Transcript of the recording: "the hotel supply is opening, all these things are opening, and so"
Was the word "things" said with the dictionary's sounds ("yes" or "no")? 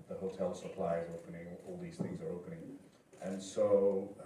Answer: yes